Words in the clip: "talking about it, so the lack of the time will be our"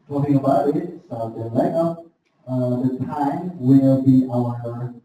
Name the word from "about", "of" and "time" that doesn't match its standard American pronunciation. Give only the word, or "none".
of